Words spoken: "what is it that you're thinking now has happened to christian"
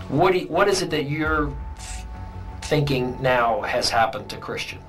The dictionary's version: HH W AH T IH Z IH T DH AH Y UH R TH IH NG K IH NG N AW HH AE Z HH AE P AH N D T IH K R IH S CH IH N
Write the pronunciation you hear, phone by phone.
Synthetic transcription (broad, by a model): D W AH T IH Z IH T DH AH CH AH R TH IH NG K IH NG N AW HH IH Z HH AE P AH N T IH K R IH S CH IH N